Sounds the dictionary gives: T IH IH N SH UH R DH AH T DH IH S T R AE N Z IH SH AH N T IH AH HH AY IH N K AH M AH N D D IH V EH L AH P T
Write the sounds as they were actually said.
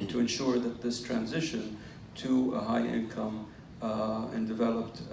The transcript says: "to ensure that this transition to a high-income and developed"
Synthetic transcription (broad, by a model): T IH IH N SH UH R DH AH T DH IH S T R AE N Z IH SH AH N T IH AH HH AY IH N K AH M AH N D D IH V EH L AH P T